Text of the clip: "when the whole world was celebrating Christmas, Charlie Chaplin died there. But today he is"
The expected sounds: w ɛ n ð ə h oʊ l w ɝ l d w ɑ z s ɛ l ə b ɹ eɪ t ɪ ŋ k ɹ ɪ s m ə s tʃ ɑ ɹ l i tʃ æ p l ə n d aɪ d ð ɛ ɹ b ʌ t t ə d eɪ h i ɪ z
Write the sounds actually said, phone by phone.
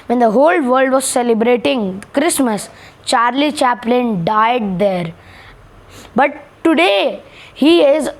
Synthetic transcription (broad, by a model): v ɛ n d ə h oʊ l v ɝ l d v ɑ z s ɛ l ə b ɹ eɪ t ɪ ŋ k ɹ ɪ s m ə s tʃ ɑ ɹ l i tʃ æ p l ə n d aɪ d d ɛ ɹ b ʌ t t ə d eɪ h i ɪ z